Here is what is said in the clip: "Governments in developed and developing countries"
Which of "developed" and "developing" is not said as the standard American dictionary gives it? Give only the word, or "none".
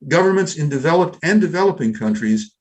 none